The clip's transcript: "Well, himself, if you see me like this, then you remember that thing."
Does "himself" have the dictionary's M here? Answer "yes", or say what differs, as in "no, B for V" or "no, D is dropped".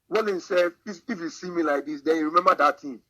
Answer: no, M is dropped